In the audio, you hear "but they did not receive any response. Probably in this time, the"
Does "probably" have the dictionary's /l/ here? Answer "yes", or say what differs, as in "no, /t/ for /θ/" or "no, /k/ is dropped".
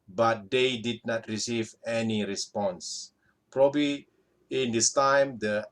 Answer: yes